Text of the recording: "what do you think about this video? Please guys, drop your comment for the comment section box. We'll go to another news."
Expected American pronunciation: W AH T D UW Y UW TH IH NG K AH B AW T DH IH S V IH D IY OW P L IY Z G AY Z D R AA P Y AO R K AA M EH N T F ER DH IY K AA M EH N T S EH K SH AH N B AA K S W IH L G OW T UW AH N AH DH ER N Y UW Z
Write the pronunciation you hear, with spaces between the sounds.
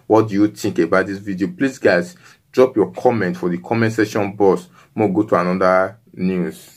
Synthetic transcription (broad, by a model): W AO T D UW Y UW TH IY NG K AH B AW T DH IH S V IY D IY OW P L IY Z G AY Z D R AA P Y AO K AA M EH N T F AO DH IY K AA M EH N T S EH SH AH N B AA S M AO G OW T UW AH N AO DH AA N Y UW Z